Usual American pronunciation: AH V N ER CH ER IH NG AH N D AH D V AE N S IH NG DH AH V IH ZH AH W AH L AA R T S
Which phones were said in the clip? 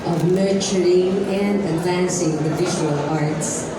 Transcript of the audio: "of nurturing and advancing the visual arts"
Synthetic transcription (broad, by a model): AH V N ER CH ER IH NG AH N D AH D V AE N S IH NG DH AH V IH ZH AH W AH L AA R T S